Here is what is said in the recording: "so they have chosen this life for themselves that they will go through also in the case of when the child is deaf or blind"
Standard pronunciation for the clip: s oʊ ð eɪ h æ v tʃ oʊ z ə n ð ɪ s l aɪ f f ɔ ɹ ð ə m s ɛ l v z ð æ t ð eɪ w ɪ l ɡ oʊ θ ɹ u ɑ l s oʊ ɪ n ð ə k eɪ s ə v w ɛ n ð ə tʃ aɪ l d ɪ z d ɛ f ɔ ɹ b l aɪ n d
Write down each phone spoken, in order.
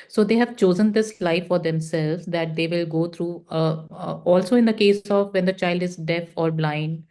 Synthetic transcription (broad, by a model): s oʊ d eɪ h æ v tʃ oʊ z ə n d ɪ s l aɪ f f ɔ ɹ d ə m s ɛ l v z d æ t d eɪ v ɪ l ɡ oʊ t ɹ u ɑ l s oʊ ɪ n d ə k eɪ s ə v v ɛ n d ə tʃ aɪ l d ɪ z d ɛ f ɔ ɹ b l aɪ n d